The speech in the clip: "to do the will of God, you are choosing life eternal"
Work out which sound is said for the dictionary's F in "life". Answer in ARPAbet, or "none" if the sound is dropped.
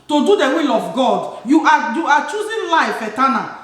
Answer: F